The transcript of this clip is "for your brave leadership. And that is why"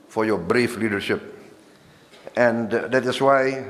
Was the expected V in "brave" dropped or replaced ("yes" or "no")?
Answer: yes